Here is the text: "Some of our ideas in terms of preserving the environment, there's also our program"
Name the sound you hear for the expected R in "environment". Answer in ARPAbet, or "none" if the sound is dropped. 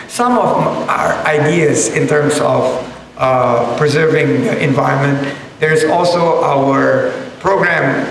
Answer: R